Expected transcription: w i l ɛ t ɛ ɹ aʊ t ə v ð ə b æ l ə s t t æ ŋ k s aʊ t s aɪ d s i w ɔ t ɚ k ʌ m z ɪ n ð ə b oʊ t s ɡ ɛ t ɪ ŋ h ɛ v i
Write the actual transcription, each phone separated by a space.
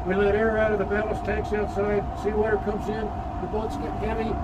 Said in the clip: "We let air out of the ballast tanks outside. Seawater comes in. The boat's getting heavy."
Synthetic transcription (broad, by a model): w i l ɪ t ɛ ɹ aʊ t ə v ð ə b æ l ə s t t æ ŋ k s aʊ t s aɪ d s i w ɔ t ɚ k ʌ m z ɪ n ð ə b oʊ t s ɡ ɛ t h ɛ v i